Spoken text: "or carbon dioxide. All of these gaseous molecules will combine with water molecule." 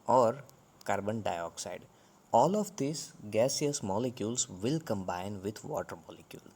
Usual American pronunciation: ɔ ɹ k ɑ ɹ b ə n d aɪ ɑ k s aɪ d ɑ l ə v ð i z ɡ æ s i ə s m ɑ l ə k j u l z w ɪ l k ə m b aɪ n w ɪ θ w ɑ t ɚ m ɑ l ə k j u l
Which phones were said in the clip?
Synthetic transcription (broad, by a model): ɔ ɹ k ɑ ɹ b ə n d aɪ ɑ k s aɪ d ɑ l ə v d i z ɡ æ s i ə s m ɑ l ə k j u l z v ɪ l k ə m b aɪ n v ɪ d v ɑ t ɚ m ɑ l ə k j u l